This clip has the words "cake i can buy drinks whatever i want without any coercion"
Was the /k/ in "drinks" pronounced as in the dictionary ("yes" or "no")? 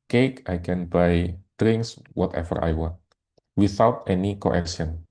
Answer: yes